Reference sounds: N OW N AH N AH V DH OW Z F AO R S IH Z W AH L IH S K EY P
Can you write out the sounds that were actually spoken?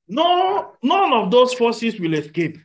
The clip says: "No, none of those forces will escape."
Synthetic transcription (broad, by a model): N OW N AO N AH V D OW S F AO S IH S W AH L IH S K EY P